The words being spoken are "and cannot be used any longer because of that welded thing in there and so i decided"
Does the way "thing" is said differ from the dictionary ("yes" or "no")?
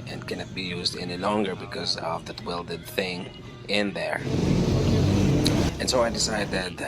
no